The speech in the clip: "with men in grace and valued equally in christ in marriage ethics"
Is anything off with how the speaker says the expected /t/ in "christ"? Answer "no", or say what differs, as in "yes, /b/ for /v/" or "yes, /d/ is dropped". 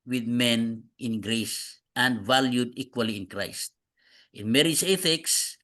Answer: no